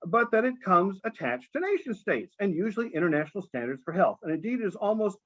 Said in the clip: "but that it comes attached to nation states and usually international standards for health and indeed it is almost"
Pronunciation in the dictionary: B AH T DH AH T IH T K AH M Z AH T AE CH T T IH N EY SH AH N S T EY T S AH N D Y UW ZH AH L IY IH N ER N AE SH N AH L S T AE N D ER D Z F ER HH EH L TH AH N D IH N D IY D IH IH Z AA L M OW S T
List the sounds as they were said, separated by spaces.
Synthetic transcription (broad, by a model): B AH T DH AH T IH T K AH M Z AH T AE CH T T IH N EY SH AH N S T EY T S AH N Y UW ZH L IY IH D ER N AE SH N L S T AE N D ER D Z F ER HH EH L TH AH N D IH N D IY D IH IH Z AA L M OW S T